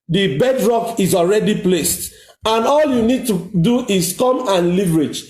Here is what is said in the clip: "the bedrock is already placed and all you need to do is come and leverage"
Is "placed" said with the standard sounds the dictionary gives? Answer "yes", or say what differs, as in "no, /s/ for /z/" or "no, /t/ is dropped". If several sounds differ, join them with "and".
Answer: yes